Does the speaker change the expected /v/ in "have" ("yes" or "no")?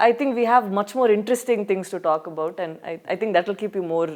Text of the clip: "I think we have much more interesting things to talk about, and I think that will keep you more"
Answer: no